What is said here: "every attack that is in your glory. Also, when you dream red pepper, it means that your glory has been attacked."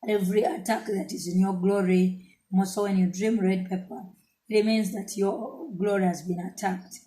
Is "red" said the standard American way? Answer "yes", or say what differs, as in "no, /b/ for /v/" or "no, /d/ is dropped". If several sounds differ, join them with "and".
yes